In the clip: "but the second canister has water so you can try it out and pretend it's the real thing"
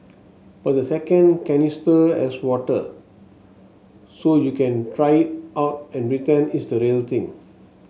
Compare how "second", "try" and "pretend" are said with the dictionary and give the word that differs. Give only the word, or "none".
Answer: pretend